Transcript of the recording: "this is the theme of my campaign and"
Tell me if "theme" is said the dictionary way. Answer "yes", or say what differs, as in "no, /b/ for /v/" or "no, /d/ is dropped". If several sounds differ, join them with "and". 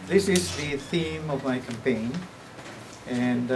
yes